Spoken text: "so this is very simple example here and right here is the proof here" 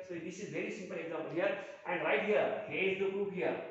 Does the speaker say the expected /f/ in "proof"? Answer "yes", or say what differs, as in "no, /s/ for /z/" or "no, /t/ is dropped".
no, /p/ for /f/